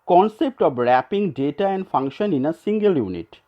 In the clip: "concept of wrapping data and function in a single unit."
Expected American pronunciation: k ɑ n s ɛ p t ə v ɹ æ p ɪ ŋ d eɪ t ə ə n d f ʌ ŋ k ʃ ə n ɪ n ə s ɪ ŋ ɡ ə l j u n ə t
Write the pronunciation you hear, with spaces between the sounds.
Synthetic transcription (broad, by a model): k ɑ n s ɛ p t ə b ɹ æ p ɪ ŋ d eɪ t ə ə n d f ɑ ŋ k ʃ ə n ɪ n ə s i ŋ ɡ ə l j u n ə t